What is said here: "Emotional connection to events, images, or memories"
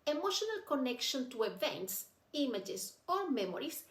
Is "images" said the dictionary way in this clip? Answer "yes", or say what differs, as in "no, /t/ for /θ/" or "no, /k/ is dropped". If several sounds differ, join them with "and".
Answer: no, /s/ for /z/